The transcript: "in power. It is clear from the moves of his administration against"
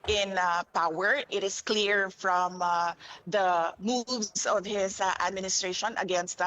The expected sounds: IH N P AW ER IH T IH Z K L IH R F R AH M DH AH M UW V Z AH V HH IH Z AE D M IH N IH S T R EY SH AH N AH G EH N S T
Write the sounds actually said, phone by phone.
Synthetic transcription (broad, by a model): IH N P AW ER IH T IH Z K L IH R F R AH M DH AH M UW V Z AH V HH IH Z AE D M IH N IH S T R EY SH AH N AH G EH N S T